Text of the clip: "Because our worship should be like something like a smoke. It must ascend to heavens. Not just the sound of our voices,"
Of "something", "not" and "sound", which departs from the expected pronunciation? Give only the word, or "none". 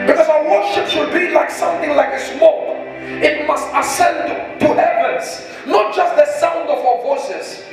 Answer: none